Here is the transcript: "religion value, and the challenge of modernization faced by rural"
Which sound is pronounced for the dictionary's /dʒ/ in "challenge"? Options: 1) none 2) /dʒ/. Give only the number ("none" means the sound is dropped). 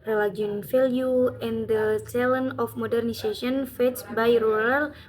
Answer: 1